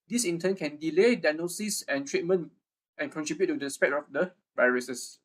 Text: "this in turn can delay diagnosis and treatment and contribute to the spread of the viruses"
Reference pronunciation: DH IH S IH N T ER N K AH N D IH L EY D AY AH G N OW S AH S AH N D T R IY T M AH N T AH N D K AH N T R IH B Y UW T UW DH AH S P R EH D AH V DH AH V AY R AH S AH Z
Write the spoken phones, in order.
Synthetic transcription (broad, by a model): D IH S IH N T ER N K AH N D IH L EY D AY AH N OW S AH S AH N T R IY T M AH N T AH N K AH N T R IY B Y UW T UW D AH S P EH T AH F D AH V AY R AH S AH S